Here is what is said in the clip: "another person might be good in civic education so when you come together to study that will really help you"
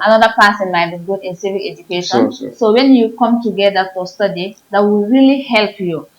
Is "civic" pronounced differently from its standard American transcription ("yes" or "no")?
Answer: yes